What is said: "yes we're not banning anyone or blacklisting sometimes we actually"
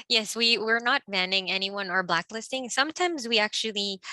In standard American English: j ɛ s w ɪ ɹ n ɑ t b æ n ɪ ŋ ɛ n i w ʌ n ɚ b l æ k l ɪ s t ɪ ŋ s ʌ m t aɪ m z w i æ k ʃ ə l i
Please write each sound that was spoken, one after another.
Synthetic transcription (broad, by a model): j ɛ s w ɪ ɹ n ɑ t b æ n ɪ ŋ ɛ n i w ʌ n ɚ b l æ k l ɪ s t ɪ ŋ s ʌ m t aɪ m z w i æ k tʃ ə l i